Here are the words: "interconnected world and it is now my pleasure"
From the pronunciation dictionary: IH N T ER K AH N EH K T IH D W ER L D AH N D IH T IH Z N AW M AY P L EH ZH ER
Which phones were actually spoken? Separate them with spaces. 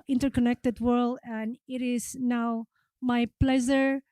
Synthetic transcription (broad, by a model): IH N T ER K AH N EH K T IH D W ER L D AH N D IH T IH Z N AW M AY P L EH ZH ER